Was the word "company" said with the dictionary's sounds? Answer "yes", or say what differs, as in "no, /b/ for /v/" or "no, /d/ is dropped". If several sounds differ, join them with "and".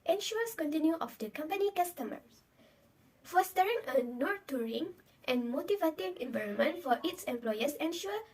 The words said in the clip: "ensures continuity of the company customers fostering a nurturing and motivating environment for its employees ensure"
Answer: yes